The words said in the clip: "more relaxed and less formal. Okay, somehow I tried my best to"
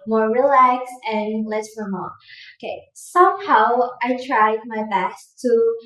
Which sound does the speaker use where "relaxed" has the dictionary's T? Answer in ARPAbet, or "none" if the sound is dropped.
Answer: none